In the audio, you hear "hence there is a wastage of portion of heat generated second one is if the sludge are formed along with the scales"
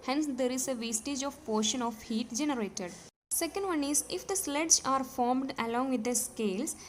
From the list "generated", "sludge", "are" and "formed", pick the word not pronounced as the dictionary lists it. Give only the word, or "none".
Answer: sludge